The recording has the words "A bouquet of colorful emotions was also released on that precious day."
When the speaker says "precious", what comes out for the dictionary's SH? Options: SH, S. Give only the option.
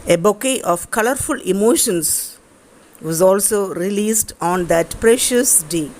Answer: SH